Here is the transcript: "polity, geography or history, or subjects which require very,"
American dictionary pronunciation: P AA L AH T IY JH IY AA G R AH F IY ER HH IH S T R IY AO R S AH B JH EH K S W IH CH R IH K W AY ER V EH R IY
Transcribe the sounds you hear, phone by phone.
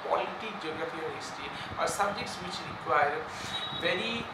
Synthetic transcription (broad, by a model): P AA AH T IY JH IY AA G R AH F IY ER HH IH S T IY AO R S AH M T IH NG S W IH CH R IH K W AY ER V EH R IY